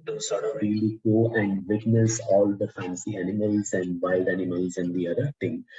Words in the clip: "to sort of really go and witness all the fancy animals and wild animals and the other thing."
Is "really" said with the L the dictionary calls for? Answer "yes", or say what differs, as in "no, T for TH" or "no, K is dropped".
yes